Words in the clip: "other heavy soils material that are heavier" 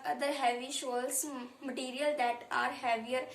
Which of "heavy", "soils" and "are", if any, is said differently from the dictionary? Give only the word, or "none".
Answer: soils